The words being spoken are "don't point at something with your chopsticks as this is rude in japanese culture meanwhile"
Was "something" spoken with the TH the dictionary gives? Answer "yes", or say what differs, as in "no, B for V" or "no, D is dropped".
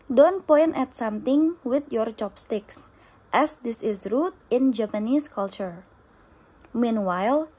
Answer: no, T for TH